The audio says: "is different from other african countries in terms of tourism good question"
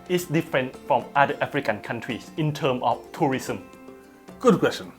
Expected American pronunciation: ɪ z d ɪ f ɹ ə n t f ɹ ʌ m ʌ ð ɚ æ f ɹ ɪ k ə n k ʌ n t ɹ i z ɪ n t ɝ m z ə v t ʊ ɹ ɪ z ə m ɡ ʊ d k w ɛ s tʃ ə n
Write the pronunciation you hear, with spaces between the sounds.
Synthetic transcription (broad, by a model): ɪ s d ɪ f ɹ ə n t f ɹ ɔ m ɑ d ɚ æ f ɹ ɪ k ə n k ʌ n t ɹ i s ɪ n t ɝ m ə f t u ɹ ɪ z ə m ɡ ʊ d k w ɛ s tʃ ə n